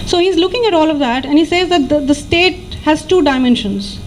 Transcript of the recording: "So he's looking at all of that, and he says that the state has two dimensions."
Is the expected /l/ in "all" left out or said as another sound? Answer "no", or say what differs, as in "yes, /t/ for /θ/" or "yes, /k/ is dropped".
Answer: no